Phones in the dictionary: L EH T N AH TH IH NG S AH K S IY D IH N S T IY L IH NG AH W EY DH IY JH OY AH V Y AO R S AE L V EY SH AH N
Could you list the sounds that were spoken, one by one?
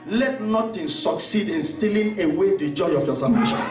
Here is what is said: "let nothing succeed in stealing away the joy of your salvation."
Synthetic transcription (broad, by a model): L EH T N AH T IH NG S AH K S IY D IH N S T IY L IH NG AH W EY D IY JH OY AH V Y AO S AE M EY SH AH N